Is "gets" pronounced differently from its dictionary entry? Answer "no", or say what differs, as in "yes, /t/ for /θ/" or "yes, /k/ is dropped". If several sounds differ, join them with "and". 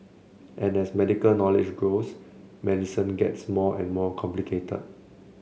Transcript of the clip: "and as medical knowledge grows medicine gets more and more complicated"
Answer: no